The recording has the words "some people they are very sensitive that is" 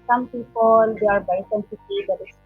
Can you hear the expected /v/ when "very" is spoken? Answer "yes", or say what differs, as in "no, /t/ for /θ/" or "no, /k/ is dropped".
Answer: no, /b/ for /v/